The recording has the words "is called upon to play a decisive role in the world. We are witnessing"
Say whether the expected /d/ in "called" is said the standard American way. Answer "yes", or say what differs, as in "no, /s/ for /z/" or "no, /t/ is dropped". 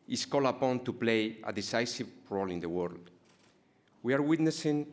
no, /d/ is dropped